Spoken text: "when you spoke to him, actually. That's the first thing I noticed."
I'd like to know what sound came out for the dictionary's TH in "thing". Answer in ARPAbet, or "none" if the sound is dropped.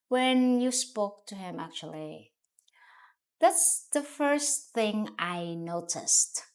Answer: TH